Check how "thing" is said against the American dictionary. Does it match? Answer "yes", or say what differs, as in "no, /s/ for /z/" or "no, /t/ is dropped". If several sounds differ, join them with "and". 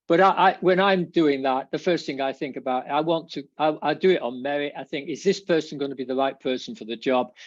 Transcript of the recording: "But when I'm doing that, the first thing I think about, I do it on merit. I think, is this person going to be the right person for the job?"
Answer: yes